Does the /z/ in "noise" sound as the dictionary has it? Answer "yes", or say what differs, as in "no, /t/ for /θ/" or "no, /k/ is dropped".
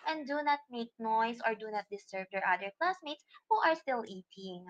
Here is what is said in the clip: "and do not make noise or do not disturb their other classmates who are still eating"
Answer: no, /s/ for /z/